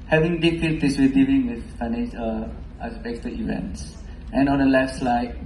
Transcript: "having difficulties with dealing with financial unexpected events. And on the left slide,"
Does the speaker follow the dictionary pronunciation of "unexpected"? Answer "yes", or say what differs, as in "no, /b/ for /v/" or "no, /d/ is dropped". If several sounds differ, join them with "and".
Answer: no, /n/ is dropped and /k/ is dropped